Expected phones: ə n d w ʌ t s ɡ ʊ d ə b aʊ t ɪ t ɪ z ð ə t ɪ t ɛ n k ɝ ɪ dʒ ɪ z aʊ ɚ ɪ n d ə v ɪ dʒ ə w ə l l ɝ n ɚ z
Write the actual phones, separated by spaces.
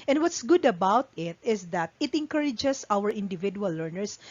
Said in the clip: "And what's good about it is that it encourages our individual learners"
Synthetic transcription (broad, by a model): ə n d w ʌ t s ɡ ʊ d ə b aʊ t ɪ t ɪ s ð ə t ɪ t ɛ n k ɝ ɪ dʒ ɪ s aʊ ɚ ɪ n d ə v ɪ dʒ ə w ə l l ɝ n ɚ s